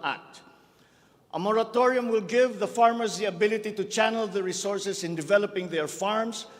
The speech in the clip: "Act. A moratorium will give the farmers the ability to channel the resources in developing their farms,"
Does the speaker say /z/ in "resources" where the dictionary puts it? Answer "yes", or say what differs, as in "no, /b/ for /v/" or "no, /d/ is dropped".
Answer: no, /s/ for /z/